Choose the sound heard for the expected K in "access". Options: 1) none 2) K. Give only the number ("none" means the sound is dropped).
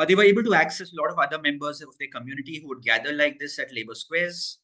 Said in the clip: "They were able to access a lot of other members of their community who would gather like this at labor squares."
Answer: 2